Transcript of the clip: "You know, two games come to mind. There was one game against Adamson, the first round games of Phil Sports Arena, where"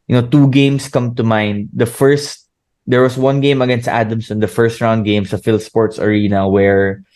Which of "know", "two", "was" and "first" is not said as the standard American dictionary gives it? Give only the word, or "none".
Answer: was